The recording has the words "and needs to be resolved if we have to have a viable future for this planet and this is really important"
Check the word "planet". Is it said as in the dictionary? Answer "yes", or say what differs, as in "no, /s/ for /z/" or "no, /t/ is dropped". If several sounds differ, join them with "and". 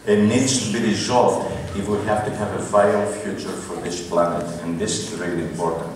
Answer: yes